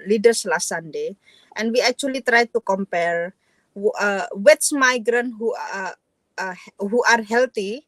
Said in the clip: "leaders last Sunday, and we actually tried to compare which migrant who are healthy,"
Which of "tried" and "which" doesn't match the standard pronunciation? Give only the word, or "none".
which